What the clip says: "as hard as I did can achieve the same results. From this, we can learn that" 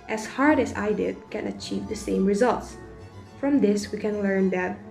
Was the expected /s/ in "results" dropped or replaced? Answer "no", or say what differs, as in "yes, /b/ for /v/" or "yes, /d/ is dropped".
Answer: no